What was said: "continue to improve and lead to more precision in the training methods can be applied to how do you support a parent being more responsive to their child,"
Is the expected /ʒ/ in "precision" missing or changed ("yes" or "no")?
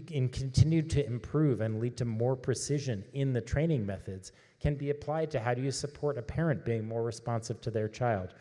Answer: no